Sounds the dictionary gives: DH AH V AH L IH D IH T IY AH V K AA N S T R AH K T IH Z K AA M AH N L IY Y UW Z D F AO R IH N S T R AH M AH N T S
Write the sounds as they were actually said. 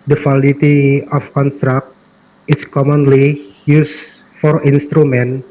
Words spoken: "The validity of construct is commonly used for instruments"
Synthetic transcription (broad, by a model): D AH W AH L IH T IY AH F K AA N S T R AH K T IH S K AA M AH N L IY Y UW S F AO R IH N S T R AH M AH N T